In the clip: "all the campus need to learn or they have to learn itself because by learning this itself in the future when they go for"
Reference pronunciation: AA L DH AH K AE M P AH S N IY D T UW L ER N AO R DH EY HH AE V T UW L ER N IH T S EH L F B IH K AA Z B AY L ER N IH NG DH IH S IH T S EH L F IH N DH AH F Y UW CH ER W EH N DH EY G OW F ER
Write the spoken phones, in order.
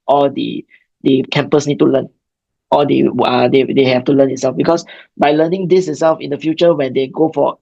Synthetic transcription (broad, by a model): AA L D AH K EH M P AH S N IY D T UW L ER N AO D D EY HH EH F T UW L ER N IH T S EH L F B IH K AA S B AY L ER N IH NG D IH S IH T S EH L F IH N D AH F Y UW CH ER W EH N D EY G OW F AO